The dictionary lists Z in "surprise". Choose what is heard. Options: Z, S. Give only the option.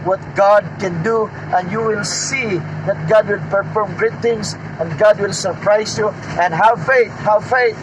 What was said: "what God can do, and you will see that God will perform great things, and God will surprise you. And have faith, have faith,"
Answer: S